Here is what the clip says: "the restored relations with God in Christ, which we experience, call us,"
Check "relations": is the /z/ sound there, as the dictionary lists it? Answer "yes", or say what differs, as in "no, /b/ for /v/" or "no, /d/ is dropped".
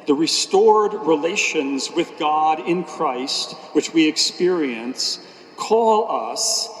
yes